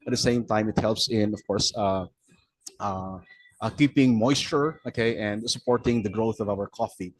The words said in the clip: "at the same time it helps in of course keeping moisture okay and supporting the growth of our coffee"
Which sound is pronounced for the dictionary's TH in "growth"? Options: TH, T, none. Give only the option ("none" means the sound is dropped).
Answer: TH